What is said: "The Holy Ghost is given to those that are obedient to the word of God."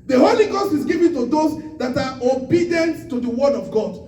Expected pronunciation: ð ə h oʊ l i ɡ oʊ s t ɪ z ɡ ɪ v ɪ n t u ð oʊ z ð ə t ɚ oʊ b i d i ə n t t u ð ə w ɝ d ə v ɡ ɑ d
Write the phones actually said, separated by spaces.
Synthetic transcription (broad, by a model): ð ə h oʊ l i ɡ oʊ s t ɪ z ɡ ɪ v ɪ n t u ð oʊ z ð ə t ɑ oʊ b i d i ə n t t u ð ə w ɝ d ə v ɡ ɑ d